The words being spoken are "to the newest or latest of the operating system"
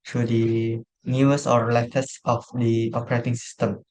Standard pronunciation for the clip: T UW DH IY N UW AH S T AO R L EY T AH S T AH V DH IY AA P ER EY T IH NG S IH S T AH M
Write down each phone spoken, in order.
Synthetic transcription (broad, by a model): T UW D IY N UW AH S AO R L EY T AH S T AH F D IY AA P ER EY T IH NG S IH S T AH M